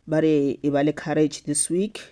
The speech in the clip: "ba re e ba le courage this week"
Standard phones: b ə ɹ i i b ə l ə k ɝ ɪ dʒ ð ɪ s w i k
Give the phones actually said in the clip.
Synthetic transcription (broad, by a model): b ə ɹ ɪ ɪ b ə l ə k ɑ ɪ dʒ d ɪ s w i k